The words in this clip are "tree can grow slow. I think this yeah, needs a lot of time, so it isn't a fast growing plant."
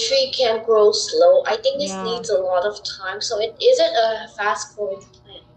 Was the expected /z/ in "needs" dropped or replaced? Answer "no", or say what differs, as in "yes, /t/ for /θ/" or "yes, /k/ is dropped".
no